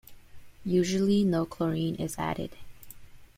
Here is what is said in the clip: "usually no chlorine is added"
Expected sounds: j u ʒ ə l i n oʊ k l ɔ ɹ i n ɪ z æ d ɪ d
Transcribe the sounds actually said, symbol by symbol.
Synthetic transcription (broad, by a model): j u ʒ l i n oʊ k l ɔ ɹ i n ɪ z æ d ɪ d